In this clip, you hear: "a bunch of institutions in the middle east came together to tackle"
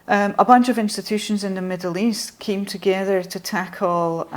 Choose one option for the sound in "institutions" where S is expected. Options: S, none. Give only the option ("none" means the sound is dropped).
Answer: S